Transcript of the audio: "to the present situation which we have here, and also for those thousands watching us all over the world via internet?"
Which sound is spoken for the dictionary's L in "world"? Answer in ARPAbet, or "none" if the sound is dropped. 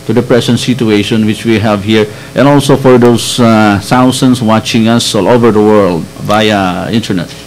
L